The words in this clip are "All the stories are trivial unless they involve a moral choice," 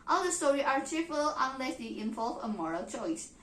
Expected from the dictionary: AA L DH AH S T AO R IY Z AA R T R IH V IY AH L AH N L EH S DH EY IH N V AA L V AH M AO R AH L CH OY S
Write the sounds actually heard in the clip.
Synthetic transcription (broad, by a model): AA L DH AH S T AO R IY AA R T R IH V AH L AH N L EH S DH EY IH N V AA L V AH M AO R AH L CH OY S